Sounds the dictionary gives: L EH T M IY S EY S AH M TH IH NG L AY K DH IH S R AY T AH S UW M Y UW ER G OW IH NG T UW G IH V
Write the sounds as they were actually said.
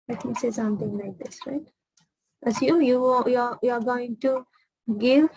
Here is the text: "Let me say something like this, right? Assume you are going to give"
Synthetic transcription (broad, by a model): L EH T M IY S EY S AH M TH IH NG L AY K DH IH S R AY T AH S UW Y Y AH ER G OW IH NG T UW G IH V